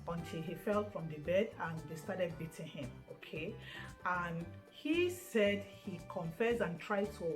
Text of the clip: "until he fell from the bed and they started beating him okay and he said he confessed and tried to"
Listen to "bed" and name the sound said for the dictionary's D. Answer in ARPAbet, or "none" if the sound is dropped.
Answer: D